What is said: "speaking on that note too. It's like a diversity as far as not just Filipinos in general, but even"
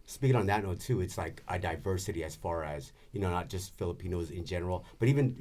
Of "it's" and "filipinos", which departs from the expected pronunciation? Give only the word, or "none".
none